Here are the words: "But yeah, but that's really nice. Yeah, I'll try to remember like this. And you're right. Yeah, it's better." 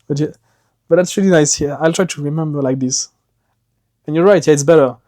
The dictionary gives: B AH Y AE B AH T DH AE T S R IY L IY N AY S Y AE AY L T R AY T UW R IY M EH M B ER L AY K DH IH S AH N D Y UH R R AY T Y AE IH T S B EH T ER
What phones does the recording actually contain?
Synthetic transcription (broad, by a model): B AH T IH B AH T DH AE T S R IY L IY N AY S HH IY AY L T R AY T UW R IY M EH M B ER L AY K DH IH S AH N Y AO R R AY T Y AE IH T S B EH T ER